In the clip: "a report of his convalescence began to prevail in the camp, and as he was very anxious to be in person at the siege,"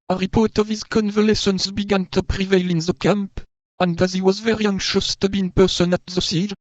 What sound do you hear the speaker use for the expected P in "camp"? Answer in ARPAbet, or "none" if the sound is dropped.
P